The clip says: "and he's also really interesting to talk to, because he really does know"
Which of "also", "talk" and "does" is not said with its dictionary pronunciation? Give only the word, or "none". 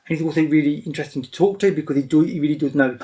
also